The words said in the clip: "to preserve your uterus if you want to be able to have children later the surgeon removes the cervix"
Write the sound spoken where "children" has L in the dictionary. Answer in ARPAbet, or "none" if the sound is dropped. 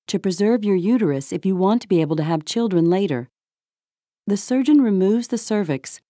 L